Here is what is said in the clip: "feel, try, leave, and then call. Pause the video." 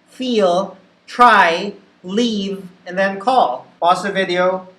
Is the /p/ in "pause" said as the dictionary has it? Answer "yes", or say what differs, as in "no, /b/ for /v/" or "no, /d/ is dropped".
no, /b/ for /p/